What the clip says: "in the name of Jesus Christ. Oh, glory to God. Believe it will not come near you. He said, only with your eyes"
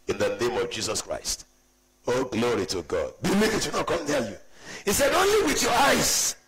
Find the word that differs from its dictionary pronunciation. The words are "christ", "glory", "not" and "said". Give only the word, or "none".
none